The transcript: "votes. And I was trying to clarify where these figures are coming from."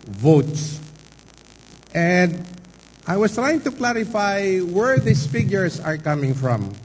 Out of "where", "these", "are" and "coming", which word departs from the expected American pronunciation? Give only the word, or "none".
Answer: these